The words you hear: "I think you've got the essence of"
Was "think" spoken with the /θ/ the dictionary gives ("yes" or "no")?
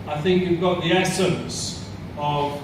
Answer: yes